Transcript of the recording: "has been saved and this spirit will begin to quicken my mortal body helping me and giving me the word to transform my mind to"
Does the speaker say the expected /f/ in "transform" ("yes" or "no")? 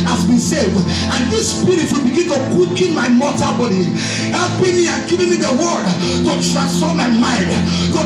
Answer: no